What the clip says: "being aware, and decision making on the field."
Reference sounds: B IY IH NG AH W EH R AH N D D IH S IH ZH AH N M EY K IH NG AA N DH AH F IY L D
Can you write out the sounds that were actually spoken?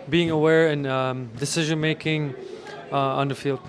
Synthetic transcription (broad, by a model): B IY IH NG AH W EH R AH N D D IH S IH ZH AH N M EY K IH NG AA N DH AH F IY L D